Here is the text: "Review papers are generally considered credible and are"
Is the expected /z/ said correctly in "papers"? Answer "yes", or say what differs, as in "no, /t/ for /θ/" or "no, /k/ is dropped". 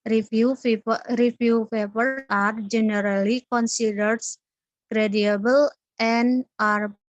no, /z/ is dropped